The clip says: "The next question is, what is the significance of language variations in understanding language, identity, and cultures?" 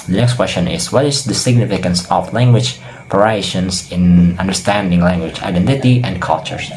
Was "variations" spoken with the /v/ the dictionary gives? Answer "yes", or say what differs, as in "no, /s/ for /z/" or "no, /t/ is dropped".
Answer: no, /p/ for /v/